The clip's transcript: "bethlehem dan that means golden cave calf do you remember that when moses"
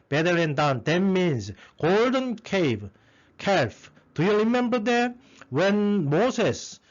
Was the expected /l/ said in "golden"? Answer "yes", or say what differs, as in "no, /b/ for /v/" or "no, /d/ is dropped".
yes